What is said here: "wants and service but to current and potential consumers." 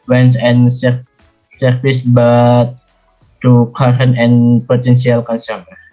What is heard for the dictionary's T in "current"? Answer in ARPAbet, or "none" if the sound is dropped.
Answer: none